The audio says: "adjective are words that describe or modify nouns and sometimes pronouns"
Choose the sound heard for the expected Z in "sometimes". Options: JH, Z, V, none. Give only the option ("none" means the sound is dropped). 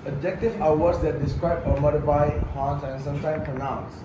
none